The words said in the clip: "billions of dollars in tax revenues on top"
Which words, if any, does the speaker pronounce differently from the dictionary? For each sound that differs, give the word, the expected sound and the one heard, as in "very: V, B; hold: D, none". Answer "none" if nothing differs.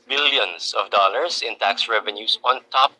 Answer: dollars: Z, S; revenues: Z, S